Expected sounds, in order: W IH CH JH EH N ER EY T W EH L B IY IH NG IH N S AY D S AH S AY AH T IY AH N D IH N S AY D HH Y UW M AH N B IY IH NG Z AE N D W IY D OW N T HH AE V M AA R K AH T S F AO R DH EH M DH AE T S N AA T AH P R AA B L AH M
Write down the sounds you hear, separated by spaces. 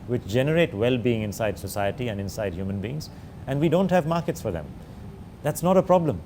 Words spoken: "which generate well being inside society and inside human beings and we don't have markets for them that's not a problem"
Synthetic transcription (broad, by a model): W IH CH JH EH N ER EY T W EH L B IY IH NG IH N S AY D S AH S AY AH T IY AH N D IH N S AY D HH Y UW M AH N B IY IH NG Z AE N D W IY D OW N T HH AE V M AA R K AH T S F AO R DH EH M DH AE T S N AA T AH P R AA B L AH M